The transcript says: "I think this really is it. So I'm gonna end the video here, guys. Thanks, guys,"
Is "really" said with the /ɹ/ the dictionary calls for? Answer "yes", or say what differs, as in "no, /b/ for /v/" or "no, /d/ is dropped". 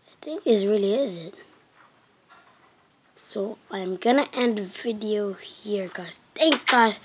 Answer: yes